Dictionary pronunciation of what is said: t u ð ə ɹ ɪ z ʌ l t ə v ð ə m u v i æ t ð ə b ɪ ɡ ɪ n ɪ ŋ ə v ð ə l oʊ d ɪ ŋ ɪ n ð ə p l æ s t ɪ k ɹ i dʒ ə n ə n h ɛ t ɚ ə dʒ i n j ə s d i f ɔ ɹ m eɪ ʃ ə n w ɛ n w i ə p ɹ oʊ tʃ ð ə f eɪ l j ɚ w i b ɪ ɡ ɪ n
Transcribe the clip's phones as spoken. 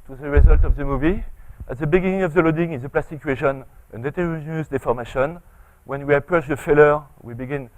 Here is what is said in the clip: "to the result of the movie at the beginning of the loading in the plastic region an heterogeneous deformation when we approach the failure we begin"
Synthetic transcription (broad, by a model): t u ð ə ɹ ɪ z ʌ l t ə v ð ə m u v i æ t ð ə b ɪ ɡ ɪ n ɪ ŋ ə v ð ə l oʊ d ɪ ŋ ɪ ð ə p l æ s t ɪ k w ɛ ʃ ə n ə n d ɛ t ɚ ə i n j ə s d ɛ f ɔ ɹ m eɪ ʃ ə n w ɛ n w i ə p ɹ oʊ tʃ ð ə f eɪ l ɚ w i b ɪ ɡ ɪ n